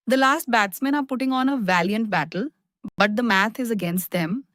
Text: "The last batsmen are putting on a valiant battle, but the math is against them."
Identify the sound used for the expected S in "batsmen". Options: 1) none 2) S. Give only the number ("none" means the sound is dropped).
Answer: 2